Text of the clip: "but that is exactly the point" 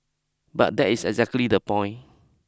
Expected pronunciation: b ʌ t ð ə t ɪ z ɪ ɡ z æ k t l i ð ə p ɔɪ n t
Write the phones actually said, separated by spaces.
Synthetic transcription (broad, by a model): b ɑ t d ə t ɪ s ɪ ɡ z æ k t l i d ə p ɔɪ n